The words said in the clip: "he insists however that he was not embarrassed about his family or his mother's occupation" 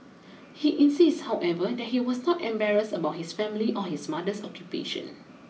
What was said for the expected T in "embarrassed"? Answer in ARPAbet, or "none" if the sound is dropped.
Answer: none